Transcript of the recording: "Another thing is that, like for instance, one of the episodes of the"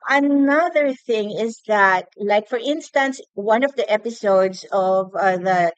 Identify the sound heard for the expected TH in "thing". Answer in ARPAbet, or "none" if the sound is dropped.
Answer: TH